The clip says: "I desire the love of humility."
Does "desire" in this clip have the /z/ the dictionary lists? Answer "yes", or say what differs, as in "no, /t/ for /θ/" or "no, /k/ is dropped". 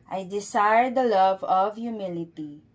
no, /s/ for /z/